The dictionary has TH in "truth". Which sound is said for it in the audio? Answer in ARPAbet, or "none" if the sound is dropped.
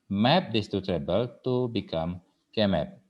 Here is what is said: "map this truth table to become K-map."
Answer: T